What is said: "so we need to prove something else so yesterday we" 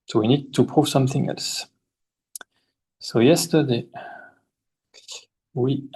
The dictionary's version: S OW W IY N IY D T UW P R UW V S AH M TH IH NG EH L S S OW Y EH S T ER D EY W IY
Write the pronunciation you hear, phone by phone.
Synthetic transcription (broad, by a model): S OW W IY N IY D T UW P R UW V S AH M TH IH NG EH L S S OW Y EH S T ER D EY W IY